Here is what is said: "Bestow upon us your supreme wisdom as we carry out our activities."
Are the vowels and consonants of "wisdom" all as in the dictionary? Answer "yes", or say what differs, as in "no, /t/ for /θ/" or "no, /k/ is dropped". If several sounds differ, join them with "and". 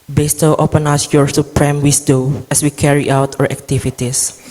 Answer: no, /s/ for /z/ and /m/ is dropped